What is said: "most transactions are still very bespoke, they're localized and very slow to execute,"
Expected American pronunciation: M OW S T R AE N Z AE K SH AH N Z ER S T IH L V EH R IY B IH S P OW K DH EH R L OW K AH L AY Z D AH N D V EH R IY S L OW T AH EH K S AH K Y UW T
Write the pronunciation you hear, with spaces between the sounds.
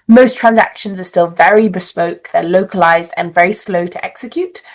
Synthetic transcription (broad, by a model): M OW S T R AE N Z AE K SH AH N Z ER S T IH L V EH R IY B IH S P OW K DH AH L OW K AH L AY Z D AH N V EH R IY S L OW T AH EH K S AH K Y UW T